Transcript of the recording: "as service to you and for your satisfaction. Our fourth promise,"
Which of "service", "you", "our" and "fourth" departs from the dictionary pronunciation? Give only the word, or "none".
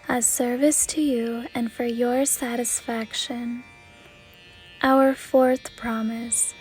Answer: none